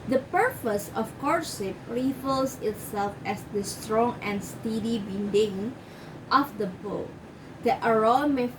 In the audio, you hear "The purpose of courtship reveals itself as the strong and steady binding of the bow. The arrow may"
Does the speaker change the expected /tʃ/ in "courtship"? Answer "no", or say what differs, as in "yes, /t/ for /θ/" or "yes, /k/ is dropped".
yes, /s/ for /tʃ/